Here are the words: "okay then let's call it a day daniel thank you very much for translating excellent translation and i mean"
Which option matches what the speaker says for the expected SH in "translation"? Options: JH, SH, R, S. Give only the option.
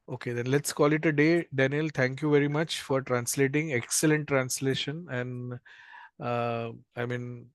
SH